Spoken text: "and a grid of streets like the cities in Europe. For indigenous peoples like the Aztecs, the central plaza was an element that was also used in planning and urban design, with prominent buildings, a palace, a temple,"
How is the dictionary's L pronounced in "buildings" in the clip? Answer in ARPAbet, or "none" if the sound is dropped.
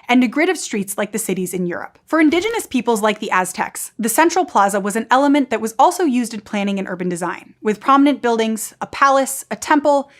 L